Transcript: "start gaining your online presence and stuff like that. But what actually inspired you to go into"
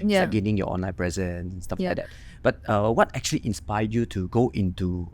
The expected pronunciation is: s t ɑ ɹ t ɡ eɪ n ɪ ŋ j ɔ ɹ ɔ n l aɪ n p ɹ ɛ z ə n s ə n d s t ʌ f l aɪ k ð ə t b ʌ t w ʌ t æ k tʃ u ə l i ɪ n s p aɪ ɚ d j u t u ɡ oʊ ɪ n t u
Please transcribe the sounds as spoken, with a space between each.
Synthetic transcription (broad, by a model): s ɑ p ɡ eɪ n ɪ ŋ j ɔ ɔ n l aɪ n p ɹ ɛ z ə n ə n s t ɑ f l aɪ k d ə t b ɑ t w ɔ t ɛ k tʃ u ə l i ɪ n s p aɪ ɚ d j u t u ɡ oʊ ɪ n t u